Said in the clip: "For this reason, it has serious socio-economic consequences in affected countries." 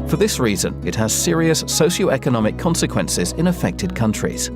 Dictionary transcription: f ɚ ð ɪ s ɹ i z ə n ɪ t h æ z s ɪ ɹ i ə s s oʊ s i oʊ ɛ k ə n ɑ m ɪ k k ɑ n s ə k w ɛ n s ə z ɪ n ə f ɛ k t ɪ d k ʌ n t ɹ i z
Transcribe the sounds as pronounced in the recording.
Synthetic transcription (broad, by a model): f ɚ ð ɪ s ɹ i z ə n ɪ t h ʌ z s ɪ ɹ i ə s s oʊ ʃ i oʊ ɛ k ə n ɑ m ɪ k k ɑ n s ə k w ɛ n s ə z ɪ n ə f ɛ k t ɪ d k ʌ n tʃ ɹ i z